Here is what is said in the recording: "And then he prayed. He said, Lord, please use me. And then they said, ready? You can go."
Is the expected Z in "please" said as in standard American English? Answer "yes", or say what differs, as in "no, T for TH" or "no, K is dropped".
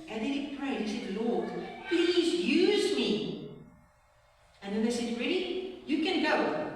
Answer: yes